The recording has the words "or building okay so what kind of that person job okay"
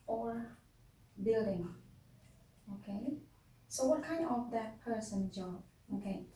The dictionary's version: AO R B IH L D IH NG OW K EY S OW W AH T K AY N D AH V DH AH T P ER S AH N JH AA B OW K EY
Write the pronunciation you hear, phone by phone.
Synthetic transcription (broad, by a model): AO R B IH L D IH NG OW K EY S OW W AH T K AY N AH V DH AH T P ER S AH N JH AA OW K EY